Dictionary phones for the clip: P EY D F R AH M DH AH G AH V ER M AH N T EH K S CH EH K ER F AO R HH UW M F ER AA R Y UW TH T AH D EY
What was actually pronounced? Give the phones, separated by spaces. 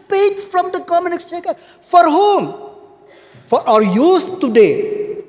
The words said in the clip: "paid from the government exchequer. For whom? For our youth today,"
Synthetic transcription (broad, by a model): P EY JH F R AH M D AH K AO M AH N IH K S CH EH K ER F AO R HH UW M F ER AA R Y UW S T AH D EY